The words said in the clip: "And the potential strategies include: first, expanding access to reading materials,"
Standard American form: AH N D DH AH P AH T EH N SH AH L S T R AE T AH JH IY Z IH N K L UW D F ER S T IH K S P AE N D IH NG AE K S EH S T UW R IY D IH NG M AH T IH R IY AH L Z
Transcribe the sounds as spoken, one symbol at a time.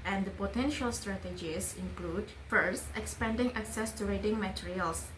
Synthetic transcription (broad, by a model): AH N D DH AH P AH T EH N SH AH L S T R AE T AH JH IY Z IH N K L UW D F ER S T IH K S P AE N D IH NG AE K S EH S T UW R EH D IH NG M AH T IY R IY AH L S